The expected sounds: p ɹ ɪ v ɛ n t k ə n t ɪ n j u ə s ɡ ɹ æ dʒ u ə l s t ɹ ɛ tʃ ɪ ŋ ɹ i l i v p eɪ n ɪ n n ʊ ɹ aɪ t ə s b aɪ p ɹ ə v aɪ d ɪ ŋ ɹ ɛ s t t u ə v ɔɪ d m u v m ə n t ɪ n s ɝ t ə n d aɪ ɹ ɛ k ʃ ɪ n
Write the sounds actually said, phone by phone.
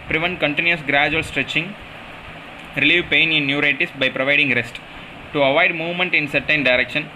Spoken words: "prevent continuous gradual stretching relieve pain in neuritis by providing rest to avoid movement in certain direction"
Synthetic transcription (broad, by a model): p ɹ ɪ v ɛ n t k ə n t ɪ n j u ə s ɡ ɹ æ dʒ u ə l s t ɹ ɛ tʃ ɪ ŋ ɹ i l i v p eɪ n ɪ n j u ɹ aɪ t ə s b aɪ p ɹ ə v aɪ d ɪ ŋ ɹ ɛ s t t u ə v ɔɪ d m u v m ə n t ɪ n s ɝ t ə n d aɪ ɹ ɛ k ʃ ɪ n